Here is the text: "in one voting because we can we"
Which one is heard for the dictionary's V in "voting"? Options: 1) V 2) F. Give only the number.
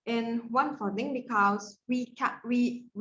2